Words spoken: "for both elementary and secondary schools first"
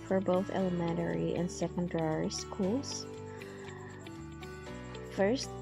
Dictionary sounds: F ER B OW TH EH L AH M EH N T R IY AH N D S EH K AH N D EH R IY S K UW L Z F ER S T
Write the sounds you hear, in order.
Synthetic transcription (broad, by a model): F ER B OW TH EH L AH M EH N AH R IY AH N S EH K AH N D EH R IY S K UW L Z F ER S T